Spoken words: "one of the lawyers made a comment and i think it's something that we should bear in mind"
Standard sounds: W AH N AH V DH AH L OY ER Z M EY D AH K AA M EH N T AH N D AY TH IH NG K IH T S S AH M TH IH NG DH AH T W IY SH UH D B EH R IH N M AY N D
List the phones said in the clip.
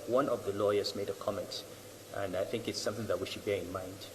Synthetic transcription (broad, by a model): W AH N AH V DH AH L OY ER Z M EY D AH K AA M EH N T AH N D AY TH IH NG K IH T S S AH M TH IH NG DH AH T W IY SH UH D B EH R IH N M AY N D